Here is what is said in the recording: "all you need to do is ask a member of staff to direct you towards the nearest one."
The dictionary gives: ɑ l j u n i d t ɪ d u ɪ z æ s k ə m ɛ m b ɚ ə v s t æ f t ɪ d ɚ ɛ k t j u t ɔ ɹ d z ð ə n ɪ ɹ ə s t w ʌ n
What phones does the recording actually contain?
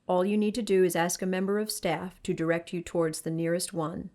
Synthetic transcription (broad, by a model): ɑ l j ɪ n i d t ɪ d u ɪ z æ s k ə m ɛ m b ɚ ə v s t æ f t ɪ d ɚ ɛ k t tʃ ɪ t ɔ ɹ d z ð ə n ɪ ɹ ə s t w ʌ n